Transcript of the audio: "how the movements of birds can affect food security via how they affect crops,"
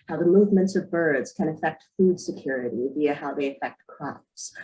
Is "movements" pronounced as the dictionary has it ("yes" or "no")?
yes